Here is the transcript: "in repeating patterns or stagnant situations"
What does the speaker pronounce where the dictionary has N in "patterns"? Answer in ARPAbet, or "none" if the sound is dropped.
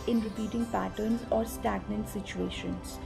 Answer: N